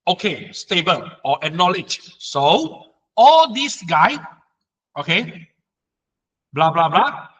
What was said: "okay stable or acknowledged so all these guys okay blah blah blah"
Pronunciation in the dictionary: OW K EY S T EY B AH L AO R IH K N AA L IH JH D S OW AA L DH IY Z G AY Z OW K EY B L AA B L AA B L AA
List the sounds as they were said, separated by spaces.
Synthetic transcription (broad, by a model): OW K EY S T EY B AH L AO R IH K N AA L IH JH S OW AA L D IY S G AY OW K EY B L AA B L AA B L AA